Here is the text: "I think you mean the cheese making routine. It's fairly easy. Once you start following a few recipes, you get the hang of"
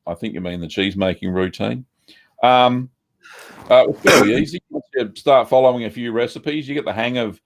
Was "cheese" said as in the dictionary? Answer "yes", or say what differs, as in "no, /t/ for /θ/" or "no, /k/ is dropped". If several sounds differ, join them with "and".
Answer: yes